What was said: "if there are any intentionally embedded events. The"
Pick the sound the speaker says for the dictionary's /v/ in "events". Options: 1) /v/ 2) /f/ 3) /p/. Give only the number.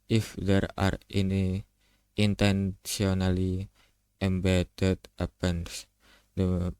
3